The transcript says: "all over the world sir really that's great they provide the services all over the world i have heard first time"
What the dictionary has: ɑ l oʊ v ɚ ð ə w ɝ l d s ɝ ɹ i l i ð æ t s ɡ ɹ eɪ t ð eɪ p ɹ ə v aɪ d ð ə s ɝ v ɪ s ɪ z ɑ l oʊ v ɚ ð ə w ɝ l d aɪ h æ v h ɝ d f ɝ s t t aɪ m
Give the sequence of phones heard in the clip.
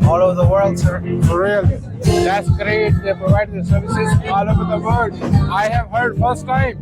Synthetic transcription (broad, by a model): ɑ l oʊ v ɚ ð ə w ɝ l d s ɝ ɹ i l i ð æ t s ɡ ɹ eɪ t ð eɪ p ɹ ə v aɪ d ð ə s ɝ v ɪ s ɪ z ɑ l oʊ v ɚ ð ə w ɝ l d aɪ h æ v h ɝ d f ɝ s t t aɪ m